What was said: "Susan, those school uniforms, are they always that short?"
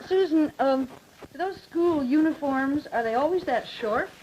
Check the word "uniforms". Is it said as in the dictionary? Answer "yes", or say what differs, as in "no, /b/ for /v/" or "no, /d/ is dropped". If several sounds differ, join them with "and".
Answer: yes